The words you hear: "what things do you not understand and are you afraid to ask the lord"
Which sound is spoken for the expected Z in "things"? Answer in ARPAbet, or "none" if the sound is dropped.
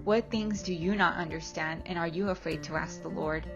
Z